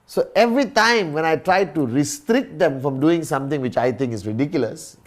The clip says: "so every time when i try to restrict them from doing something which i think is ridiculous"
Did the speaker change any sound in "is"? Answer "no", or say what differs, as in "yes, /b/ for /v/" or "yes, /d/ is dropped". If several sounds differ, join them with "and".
yes, /s/ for /z/